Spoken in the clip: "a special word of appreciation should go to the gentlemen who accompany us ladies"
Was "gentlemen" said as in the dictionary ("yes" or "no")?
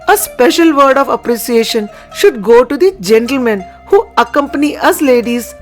yes